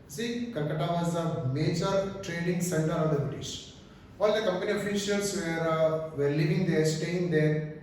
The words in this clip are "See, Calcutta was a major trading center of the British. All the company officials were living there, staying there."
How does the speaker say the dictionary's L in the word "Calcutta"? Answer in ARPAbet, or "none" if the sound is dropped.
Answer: N